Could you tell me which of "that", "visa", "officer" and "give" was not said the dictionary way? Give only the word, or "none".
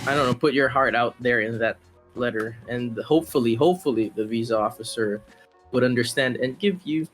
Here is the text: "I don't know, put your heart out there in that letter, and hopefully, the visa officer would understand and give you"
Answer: none